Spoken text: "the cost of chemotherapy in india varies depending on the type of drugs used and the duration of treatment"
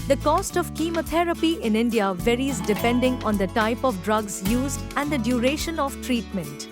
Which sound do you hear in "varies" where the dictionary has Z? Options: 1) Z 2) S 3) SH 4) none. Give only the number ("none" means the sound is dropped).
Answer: 1